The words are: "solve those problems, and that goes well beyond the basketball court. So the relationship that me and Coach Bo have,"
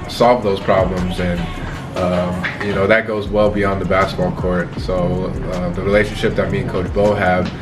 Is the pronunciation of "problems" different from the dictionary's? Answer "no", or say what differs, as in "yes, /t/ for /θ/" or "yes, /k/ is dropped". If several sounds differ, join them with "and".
no